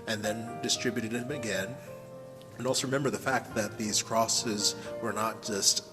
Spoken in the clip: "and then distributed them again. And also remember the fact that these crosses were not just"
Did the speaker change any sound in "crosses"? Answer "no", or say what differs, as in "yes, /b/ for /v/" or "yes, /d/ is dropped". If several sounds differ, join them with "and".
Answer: no